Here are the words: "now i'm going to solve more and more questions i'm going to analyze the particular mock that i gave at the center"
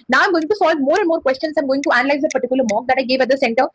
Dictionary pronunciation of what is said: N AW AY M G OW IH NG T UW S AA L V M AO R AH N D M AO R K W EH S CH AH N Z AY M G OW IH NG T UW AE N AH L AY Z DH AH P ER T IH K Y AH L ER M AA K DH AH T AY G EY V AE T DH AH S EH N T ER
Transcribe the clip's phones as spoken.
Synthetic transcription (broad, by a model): N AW AY M G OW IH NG T UW S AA L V M AO R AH N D M AO R K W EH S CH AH N S AY M G OW IH NG T UW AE N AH L AY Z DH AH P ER T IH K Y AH L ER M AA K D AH T AY G EY V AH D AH S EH N T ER